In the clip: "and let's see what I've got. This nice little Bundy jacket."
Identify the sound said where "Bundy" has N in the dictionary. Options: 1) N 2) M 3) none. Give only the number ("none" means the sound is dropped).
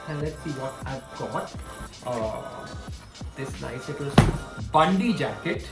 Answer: 1